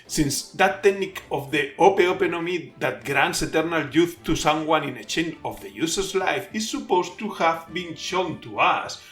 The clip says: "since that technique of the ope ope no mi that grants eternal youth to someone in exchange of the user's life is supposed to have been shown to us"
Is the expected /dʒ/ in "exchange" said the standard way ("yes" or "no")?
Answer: no